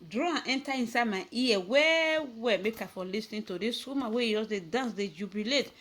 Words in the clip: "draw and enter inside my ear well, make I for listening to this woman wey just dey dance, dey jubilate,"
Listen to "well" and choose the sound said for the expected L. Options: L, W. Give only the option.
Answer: W